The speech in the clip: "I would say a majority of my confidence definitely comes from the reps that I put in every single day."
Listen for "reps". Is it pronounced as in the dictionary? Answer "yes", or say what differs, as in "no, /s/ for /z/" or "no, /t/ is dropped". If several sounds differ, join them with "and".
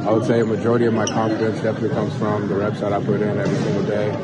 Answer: no, /b/ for /p/